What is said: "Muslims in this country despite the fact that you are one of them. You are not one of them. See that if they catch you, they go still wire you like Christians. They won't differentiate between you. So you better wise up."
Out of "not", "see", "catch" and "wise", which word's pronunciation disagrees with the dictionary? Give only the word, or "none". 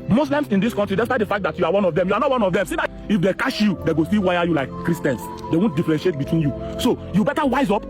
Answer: catch